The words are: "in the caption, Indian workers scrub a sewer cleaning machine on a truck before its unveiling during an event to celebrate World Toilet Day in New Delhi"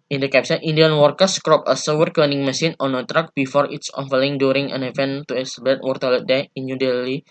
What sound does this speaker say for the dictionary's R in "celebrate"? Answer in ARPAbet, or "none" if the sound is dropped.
none